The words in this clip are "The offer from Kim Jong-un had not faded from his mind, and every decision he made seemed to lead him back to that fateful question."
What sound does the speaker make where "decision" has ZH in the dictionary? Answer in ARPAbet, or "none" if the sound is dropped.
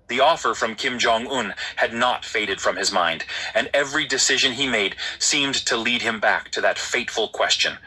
ZH